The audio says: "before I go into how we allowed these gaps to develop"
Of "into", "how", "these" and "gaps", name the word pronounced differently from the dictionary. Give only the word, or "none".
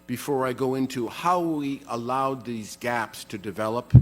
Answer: none